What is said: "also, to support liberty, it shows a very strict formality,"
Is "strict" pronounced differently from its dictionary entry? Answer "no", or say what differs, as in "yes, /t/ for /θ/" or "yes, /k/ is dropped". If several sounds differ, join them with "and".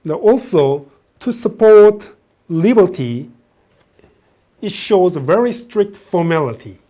no